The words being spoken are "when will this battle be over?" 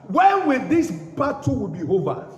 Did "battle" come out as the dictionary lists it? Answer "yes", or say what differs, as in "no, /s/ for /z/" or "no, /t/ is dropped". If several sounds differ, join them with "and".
no, /w/ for /l/